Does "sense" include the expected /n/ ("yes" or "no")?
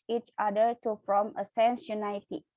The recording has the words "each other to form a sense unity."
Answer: yes